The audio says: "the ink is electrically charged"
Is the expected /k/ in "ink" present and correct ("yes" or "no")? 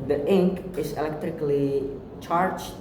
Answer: yes